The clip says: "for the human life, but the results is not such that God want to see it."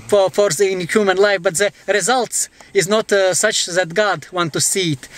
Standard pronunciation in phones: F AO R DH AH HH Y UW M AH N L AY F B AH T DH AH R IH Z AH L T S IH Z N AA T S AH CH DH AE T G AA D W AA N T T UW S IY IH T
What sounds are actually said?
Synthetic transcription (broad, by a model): F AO R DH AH HH Y UW M AH N L AY F B AH T DH AH R IH Z AH L T S IH Z N AA T S AH CH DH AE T G AA D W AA N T T UW S IY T